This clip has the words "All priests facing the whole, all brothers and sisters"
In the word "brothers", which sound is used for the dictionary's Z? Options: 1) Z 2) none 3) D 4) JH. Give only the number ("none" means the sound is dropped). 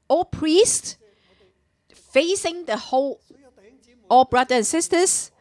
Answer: 2